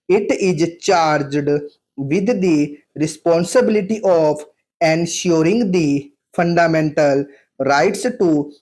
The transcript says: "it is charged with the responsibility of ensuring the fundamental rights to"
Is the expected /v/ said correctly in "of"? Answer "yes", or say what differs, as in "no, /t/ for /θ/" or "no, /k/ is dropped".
no, /p/ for /v/